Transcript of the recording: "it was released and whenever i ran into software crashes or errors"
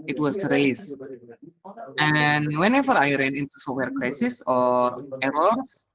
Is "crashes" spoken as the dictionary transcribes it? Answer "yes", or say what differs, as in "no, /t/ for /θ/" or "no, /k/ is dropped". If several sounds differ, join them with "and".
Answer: no, /s/ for /ʃ/ and /s/ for /z/